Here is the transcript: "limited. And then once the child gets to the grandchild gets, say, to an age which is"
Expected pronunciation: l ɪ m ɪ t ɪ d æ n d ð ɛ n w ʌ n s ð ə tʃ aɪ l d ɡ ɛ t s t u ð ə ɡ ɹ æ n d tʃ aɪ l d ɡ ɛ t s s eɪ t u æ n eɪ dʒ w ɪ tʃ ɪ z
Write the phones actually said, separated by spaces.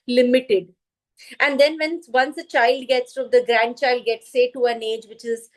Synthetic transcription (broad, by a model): l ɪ m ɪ t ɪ d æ n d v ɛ n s ʌ n s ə tʃ aɪ l d ɡ ɛ t s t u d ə ɡ ɹ æ n d tʃ aɪ l d ɡ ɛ t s s eɪ t u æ n eɪ dʒ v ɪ tʃ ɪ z